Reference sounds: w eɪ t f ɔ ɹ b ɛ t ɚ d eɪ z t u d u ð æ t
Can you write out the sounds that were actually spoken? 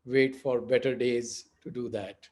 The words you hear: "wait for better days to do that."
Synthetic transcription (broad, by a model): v eɪ t f ɔ ɹ b ɛ t ɚ d eɪ z t u d u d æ t